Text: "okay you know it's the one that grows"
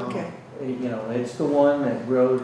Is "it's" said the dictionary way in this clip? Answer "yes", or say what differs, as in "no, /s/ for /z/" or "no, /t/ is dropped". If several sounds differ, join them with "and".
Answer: yes